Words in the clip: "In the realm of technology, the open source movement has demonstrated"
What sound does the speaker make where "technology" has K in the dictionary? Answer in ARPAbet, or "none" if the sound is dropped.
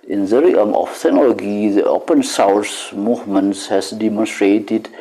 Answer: none